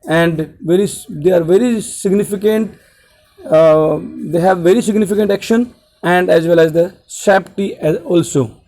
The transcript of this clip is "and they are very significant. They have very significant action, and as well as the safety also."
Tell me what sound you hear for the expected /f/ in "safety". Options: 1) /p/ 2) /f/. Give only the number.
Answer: 1